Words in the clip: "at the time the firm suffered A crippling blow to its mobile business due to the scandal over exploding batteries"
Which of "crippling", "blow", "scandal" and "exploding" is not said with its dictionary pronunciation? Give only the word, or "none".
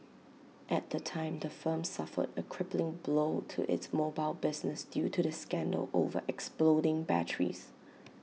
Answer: none